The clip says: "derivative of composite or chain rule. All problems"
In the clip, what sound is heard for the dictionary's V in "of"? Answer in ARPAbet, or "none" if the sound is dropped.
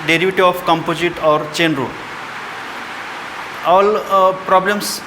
P